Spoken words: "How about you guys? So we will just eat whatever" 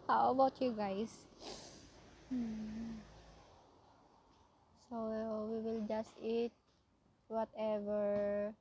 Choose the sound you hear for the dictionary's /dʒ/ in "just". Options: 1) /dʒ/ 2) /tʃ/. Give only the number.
1